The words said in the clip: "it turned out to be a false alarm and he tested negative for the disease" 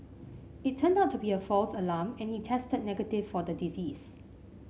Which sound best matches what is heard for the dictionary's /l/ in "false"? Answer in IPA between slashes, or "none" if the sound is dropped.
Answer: /l/